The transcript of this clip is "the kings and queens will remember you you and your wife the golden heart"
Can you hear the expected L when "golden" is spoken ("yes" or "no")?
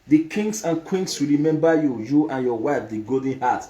no